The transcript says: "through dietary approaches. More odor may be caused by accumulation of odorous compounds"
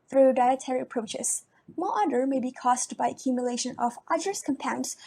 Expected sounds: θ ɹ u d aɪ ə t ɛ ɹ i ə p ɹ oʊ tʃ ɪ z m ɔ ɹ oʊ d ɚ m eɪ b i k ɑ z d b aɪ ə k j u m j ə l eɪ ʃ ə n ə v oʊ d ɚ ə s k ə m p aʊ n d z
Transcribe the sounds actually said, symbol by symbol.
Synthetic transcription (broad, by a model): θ ɹ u d aɪ ə t ɛ ɹ i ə p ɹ oʊ tʃ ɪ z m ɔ l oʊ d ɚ m eɪ b i k ɑ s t b aɪ ə k j u m j ə l eɪ ʃ ə n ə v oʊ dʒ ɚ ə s k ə m p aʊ n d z